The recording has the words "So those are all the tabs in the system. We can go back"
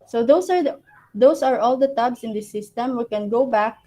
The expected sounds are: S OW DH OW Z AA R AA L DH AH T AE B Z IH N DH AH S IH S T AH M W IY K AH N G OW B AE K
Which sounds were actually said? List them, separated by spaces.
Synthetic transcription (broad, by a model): S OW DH OW S AA R AA L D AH T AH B S IH N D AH S IH S T AH M W IY K AH N G OW B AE K